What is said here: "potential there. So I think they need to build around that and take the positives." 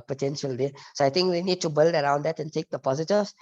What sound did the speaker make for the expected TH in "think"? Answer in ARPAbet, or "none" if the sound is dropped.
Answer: T